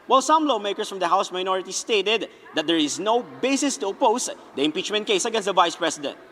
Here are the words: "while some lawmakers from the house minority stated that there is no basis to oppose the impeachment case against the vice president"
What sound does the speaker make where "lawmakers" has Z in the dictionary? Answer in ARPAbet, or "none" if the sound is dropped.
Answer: S